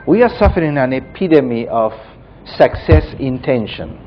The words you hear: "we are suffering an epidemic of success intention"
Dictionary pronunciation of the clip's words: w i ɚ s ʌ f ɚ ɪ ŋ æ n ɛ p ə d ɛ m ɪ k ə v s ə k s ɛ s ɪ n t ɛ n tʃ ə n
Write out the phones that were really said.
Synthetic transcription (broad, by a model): w i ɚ s ʌ f ɚ ɪ ŋ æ n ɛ p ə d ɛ m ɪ ə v s ə k s ɛ s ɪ n t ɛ n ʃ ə n